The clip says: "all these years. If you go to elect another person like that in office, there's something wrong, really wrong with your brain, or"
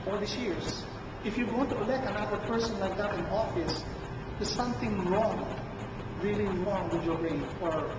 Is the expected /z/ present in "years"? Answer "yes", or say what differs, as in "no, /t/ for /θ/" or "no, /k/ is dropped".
no, /s/ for /z/